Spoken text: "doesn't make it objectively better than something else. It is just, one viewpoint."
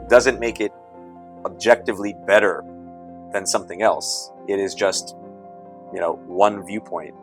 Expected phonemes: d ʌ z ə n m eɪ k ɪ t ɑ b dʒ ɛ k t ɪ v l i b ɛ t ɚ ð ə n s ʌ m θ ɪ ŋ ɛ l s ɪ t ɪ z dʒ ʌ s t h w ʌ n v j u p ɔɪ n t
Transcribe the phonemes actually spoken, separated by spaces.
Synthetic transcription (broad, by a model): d ʌ z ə n m eɪ k ɪ t ɑ b dʒ ɛ k t ɪ v l i b ɛ t ɚ ð ə n s ʌ m θ ɪ ŋ ɛ l s ɪ t ɪ z dʒ ʌ s t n w ʌ n v j u p ɔɪ n t